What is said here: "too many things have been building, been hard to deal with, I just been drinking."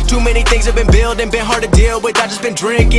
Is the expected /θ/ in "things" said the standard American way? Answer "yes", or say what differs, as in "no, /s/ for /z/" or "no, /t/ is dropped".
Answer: yes